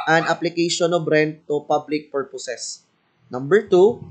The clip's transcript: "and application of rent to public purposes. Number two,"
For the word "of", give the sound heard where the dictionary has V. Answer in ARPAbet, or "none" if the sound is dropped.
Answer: B